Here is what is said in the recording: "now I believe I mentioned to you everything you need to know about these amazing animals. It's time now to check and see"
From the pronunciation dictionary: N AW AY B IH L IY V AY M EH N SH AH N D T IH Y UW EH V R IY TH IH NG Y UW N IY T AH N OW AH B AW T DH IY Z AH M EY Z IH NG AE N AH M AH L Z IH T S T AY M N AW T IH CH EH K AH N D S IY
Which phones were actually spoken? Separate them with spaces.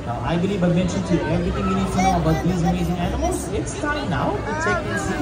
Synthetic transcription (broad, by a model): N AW AY B IH L IY V AY M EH N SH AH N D T IH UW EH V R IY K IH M Y UW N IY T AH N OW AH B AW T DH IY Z AH M EY Z IH NG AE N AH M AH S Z IH T S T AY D N AW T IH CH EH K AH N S